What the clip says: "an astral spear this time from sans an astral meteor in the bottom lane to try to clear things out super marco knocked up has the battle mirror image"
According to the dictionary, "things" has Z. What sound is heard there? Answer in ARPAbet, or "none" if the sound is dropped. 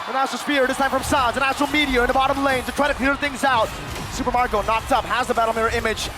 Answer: Z